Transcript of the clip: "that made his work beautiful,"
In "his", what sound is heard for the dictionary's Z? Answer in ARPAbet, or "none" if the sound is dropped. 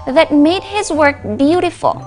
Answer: Z